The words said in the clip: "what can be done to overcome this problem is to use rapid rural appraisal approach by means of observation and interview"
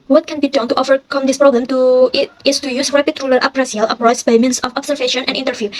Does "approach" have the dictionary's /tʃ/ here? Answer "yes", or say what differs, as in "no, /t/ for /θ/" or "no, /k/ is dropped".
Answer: no, /s/ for /tʃ/